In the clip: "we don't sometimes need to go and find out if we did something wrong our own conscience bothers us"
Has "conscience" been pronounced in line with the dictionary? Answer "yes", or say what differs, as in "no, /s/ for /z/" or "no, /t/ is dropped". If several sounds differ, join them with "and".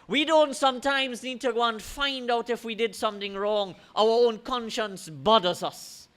yes